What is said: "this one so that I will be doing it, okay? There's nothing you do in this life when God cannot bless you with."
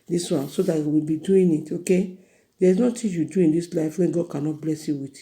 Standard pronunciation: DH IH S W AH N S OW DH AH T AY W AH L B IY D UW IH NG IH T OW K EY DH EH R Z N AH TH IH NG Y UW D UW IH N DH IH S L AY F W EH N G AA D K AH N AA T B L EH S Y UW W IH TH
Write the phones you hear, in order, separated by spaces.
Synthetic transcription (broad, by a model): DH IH S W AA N S OW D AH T W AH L B IY D UW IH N IH T OW K EY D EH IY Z N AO T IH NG Y UW D UW IH N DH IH S L AY F W EH N G AA D K AH N AA T B L EH S Y UW W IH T